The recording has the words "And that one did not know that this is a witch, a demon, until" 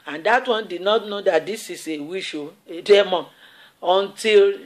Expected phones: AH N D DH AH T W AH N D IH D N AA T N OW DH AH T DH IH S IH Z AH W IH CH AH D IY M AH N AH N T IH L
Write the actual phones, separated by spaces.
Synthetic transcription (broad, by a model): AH N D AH T W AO N D IH D N AA T N OW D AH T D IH S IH S AH W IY SH AH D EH M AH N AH N T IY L